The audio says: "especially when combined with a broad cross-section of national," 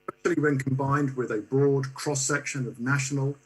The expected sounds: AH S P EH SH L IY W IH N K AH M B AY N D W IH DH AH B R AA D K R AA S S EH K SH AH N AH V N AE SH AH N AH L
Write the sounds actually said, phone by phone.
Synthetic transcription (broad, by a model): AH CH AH L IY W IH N K AH M B AY N D W IH DH AH B R AA D K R AA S S EH K SH AH N AH V N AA SH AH N AH L